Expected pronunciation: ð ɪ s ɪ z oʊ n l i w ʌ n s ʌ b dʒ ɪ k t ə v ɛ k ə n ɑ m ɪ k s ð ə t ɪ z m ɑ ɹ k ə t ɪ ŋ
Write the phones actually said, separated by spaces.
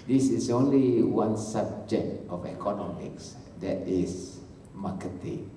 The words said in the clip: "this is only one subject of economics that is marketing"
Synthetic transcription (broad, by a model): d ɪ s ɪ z oʊ n l i w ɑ n s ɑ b dʒ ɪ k t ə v ɛ k ə n ɑ m ɪ k s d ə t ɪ s m ɑ k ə t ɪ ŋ